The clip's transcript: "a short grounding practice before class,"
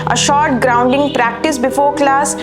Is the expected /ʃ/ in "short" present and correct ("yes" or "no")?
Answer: yes